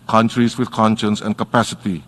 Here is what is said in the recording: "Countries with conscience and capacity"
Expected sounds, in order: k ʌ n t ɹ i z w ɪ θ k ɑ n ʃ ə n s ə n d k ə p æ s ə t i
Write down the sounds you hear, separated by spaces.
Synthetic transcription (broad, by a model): k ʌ n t ɹ i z w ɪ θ k ɑ n ʃ ə n s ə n k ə p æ s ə t i